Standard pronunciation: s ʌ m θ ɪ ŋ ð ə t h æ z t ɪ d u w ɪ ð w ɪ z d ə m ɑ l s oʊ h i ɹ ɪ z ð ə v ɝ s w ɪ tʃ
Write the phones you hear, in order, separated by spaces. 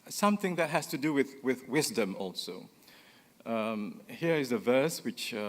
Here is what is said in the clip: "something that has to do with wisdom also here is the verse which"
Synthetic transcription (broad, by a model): s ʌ m θ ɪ ŋ ð ə t h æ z t ɪ d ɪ w ɪ ð w ɪ z d ə m ɑ l s oʊ h i ɹ ɪ z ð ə v ɝ s w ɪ tʃ